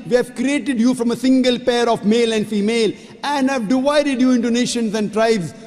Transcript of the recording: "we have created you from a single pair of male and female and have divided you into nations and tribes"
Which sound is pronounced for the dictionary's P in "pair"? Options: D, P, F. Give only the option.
P